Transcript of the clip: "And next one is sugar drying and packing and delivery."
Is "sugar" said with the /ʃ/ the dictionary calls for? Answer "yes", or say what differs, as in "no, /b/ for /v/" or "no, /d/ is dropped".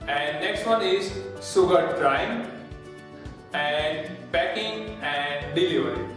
no, /s/ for /ʃ/